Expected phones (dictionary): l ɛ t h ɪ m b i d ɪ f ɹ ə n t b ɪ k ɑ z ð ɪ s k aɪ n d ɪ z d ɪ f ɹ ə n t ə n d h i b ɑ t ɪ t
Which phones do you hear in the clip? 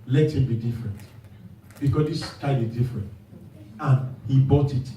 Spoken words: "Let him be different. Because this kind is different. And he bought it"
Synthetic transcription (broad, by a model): l ɛ t h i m b i d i f ɹ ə n t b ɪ k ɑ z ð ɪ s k aɪ d ɪ z d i f ɹ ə n t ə n h i b ɑ t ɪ t